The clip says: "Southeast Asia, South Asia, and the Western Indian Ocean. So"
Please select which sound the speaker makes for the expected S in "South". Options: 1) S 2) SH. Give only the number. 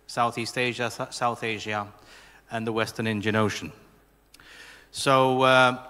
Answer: 1